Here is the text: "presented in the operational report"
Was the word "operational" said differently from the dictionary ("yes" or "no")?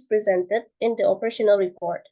no